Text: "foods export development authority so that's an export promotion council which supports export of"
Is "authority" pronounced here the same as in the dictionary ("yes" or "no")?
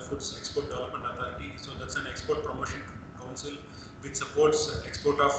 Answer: no